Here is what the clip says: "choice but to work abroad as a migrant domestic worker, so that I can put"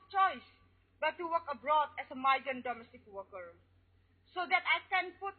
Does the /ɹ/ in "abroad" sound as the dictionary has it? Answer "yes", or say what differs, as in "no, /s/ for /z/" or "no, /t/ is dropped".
yes